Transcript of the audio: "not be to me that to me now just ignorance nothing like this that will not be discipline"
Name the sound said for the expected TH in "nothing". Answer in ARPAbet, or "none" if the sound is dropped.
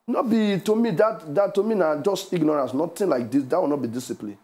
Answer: T